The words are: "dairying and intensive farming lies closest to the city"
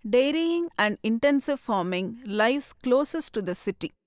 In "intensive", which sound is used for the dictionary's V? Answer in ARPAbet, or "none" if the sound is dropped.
V